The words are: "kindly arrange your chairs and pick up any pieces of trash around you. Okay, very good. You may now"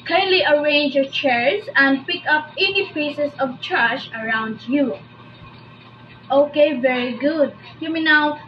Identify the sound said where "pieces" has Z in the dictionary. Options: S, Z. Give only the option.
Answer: S